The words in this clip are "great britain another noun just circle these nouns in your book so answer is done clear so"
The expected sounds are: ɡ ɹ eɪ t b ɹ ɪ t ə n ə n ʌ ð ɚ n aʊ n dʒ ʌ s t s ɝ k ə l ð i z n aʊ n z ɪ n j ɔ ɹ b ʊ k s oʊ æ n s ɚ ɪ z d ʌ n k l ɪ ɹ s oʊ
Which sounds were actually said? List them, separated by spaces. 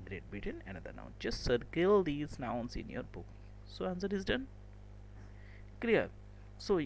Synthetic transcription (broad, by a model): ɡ ɹ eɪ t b ɪ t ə n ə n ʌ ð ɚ n aʊ n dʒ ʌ s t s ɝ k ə l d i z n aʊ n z ɪ n j ɔ ɹ b ʊ k s oʊ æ n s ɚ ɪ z d ʌ n k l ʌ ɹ s oʊ